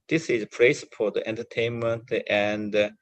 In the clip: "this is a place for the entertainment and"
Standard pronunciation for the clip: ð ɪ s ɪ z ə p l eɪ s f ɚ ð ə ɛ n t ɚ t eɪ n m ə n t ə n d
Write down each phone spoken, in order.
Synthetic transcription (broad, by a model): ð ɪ s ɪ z ə p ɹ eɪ s p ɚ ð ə ɛ n t ɚ t eɪ n m ə n t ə n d